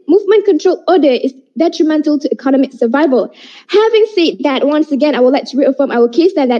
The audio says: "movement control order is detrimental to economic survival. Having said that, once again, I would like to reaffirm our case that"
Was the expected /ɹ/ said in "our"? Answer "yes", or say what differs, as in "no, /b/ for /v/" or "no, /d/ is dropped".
no, /l/ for /ɹ/